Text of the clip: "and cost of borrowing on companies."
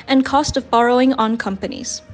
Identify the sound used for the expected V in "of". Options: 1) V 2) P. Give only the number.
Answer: 1